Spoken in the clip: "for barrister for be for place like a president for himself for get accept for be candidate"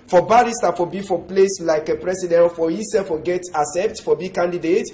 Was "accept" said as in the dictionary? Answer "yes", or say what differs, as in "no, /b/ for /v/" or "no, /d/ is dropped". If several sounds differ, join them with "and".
no, /k/ is dropped